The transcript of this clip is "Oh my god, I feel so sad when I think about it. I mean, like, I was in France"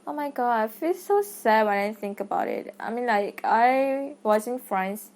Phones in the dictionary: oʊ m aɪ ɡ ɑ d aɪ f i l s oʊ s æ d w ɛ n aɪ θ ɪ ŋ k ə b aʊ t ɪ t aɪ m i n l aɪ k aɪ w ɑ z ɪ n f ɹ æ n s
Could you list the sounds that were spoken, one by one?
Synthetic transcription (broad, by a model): oʊ m aɪ ɡ ɑ d aɪ f i l s oʊ s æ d w ɛ n aɪ θ ɪ ŋ k ə b aʊ t ɪ t aɪ m i n l aɪ k aɪ w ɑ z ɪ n f ɹ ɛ n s